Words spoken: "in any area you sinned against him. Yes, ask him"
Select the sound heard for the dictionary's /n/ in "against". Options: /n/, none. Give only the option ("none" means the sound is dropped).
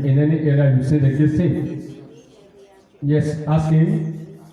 none